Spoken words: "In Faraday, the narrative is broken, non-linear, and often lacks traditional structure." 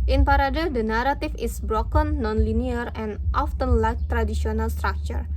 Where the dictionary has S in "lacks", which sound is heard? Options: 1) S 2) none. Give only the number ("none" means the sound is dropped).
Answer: 2